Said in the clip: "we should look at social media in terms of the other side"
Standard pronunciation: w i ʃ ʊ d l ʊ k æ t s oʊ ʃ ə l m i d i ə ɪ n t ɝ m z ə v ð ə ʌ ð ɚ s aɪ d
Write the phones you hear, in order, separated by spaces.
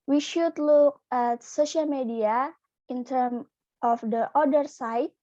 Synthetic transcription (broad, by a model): w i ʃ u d l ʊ k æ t s oʊ ʃ ə l m i d i ə ɪ n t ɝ m ə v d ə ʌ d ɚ s aɪ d